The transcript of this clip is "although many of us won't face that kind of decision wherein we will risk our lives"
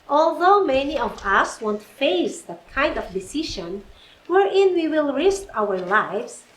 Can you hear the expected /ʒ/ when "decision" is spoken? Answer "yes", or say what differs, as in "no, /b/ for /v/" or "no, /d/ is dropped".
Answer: no, /ʃ/ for /ʒ/